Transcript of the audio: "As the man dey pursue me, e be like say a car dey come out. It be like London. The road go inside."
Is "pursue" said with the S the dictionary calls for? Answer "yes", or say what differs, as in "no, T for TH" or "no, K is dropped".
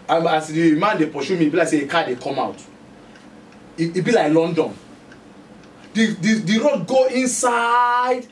no, SH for S